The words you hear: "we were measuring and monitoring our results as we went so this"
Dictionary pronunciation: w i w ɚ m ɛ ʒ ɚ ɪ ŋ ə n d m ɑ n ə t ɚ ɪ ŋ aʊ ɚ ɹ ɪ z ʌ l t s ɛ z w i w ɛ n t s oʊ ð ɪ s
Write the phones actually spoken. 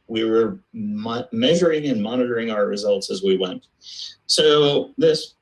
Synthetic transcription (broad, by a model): w i w ɚ m ɛ ʒ ɚ ɪ ŋ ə n m ɑ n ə t ɚ ɪ ŋ aʊ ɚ ɹ ɪ z ʌ l t s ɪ z w i w ɛ n t s oʊ ð ɪ s